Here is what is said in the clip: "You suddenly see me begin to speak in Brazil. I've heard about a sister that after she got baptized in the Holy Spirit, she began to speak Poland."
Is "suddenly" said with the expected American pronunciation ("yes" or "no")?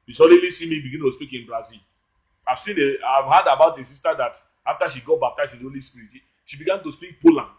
no